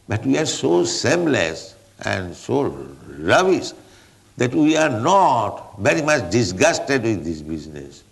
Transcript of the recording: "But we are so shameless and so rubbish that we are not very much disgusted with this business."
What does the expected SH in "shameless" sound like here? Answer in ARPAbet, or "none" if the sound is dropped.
S